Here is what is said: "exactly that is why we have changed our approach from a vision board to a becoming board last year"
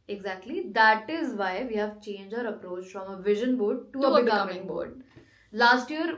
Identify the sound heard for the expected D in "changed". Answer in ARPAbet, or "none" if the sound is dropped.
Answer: none